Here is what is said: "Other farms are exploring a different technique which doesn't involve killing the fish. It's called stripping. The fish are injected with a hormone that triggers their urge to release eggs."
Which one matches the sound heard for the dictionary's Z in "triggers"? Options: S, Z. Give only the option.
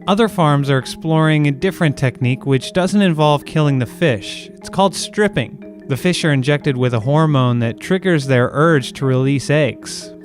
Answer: Z